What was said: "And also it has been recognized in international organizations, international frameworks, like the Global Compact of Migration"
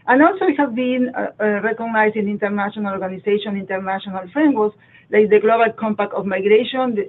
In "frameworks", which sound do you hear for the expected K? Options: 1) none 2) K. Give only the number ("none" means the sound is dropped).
1